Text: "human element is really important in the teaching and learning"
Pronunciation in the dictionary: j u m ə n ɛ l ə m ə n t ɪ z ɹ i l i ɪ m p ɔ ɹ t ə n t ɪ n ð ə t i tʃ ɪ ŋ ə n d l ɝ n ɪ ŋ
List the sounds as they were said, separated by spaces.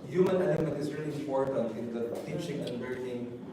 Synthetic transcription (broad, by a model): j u m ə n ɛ n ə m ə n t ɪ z ɹ i l i ɪ m p ɔ ɹ t ə n t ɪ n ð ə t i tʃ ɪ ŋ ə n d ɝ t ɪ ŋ